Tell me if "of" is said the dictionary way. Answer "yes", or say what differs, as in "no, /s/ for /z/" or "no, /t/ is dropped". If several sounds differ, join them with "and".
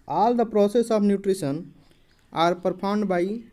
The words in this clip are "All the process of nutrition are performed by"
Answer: no, /b/ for /v/